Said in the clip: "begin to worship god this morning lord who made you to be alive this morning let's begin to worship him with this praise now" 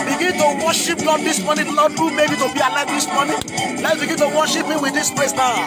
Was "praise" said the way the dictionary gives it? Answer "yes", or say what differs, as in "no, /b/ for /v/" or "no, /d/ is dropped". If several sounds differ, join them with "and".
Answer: no, /l/ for /ɹ/ and /s/ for /z/